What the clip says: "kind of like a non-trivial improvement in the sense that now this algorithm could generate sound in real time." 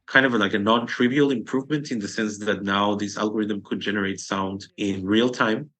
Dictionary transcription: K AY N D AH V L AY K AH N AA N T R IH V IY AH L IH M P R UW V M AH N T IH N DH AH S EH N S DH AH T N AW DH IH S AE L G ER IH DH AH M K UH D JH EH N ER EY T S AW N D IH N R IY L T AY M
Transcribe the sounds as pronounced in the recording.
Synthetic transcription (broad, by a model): K AY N D AH V L AY K AH N AA N T R IH V IY AH L IH M P R UW V M AH N T IH N DH AH S EH N S DH AH T N AW DH IH S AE L G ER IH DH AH M K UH D JH EH N ER EY T S AW N D IH N R IY L T AY M